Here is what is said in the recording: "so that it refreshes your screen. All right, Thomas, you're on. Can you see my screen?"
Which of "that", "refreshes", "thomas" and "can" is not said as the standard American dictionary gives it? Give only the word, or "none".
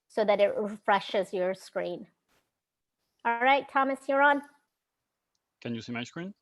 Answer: none